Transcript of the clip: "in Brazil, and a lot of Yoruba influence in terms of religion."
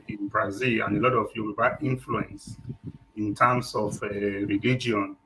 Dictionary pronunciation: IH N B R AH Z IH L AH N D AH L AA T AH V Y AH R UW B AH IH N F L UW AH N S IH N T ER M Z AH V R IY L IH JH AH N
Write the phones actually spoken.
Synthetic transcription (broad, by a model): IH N B R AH Z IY L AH N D AH L AA T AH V Y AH W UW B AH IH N F L UW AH N S IH N T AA M S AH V R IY L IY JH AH N